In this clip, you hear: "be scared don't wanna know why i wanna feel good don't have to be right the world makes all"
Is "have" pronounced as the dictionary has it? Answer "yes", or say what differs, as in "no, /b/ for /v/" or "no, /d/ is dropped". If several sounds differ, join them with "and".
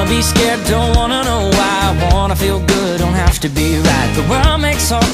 no, /f/ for /v/